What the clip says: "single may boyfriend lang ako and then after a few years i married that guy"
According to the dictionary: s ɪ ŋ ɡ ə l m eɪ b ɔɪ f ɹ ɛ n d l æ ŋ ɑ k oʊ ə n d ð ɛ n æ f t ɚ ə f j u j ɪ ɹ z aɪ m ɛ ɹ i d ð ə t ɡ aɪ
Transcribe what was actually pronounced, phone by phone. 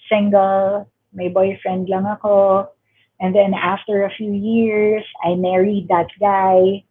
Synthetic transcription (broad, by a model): s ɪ ŋ ɡ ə l m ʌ b ɔɪ f ɹ ɛ n d l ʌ ŋ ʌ k oʊ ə n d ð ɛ n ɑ f t ɚ ə f j u j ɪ ɹ s aɪ m ɛ ɹ i d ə t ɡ aɪ